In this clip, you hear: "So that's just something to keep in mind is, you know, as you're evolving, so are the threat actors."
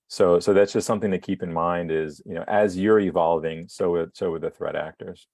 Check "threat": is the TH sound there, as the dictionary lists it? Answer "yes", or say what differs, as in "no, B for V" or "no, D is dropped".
yes